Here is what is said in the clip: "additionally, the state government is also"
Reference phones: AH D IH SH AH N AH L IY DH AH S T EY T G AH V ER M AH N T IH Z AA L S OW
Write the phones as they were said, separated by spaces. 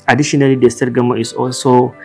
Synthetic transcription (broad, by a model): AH D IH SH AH N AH L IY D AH S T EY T G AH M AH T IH S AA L S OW